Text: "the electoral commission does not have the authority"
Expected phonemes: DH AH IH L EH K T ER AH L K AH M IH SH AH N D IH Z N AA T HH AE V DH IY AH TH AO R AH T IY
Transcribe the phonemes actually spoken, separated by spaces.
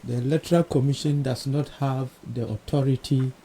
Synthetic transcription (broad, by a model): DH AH L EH T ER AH L K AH M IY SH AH N D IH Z N AA T HH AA V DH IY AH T AO R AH T IY